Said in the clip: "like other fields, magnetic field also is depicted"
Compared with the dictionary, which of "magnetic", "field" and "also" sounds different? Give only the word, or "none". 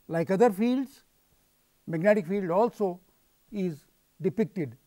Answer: none